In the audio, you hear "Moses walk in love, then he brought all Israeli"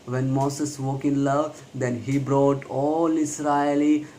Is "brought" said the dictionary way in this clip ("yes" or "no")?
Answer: yes